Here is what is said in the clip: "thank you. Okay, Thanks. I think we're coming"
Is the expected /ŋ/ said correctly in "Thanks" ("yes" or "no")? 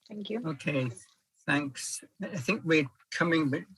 yes